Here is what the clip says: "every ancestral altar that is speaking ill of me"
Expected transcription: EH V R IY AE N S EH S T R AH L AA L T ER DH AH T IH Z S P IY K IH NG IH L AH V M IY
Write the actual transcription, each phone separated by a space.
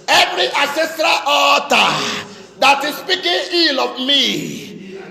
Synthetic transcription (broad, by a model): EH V R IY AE S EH S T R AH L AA T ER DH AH T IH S P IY K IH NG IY L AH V M IY